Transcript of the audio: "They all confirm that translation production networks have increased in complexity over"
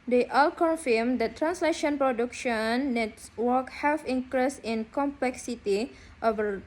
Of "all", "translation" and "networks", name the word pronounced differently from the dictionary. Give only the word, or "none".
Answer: networks